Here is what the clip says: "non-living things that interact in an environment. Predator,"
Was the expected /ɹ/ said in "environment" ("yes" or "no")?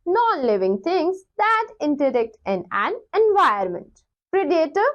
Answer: no